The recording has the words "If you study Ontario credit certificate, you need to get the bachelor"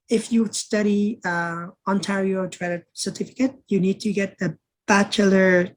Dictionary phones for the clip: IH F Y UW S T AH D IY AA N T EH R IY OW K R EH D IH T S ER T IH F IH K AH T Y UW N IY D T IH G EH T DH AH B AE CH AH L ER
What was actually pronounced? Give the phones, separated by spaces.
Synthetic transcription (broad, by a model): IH F Y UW S T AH D IY AA N T EH R IY OW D R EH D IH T S ER T IH F IH K AH T Y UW N IY D T IH G EH T DH AH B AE CH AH L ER